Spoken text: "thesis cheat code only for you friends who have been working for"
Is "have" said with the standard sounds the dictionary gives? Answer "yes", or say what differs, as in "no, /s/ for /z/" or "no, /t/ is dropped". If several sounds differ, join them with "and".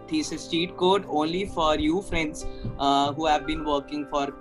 yes